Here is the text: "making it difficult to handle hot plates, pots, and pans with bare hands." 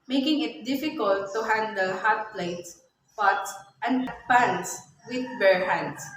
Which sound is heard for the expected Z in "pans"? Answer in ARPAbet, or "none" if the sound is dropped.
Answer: S